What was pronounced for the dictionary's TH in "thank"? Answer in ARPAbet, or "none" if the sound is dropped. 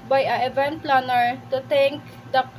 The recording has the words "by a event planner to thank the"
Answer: T